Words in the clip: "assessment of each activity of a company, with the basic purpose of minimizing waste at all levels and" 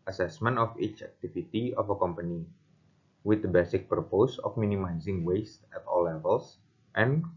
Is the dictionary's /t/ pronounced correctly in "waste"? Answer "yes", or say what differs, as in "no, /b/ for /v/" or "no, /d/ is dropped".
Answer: yes